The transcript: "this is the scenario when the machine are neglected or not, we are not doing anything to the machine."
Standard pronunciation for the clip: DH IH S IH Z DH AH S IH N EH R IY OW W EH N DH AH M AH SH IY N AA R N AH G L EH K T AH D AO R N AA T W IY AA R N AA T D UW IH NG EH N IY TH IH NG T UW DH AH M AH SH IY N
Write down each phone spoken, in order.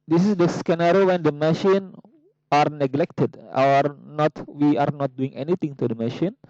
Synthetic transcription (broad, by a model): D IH S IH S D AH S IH N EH R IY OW W EH N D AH M AH SH IY N AA R N AH G L EH K T AH D AO R N AA T W IY AA R N AA T D UW IH NG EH N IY T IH NG T UW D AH M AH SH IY N